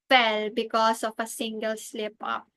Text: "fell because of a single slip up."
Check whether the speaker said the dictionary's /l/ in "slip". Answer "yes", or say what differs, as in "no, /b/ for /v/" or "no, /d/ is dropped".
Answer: yes